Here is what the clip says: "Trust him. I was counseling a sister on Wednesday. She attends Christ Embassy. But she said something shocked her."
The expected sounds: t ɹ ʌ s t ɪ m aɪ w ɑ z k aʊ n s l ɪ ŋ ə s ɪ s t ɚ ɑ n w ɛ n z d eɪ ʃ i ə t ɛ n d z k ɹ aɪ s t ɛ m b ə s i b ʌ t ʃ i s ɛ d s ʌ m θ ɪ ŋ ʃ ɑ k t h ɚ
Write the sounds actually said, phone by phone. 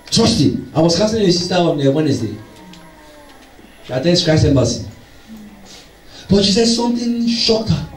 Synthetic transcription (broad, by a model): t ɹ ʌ s t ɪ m aɪ w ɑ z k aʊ s ɪ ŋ ə s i s t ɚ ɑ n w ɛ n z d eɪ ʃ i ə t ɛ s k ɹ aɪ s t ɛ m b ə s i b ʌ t ʃ i s ɛ d s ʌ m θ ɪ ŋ ʃ ɑ k t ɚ